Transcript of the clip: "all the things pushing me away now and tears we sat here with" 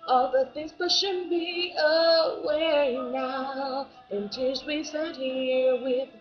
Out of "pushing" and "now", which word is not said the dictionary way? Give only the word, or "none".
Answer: pushing